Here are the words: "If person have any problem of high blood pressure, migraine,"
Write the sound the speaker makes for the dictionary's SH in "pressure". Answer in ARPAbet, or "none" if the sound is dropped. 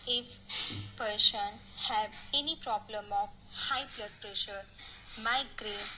SH